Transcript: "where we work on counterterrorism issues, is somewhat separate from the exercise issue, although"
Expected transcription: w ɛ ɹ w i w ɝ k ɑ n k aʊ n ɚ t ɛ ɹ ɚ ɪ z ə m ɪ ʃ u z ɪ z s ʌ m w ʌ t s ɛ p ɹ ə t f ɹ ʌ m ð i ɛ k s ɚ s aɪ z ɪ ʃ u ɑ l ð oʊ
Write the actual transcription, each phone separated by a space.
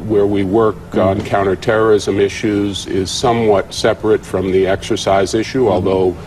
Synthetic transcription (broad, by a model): w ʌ ɹ w i w ɝ k n k aʊ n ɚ t ɛ ɹ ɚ ɪ z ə m ɪ ʃ u z ɪ z s ʌ m w ʌ t s ɛ p ɹ ə t f ɹ ʌ m ð i ɛ k s ɚ s aɪ z ɪ ʃ u ɑ l ð oʊ